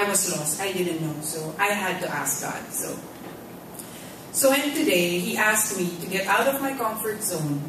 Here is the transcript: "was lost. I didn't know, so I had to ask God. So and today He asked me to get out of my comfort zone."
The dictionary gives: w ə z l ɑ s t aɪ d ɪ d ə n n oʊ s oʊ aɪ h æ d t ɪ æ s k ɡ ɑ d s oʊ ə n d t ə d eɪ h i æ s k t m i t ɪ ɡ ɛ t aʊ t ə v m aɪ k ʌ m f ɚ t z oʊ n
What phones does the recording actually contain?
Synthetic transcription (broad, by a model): w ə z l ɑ s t aɪ d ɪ d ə n n oʊ s oʊ aɪ h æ d t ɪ æ s k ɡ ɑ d s oʊ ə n t ə d eɪ h i æ s k t m i t ɪ ɡ ɛ t aʊ t ə v m aɪ k ʌ m f ɚ t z oʊ n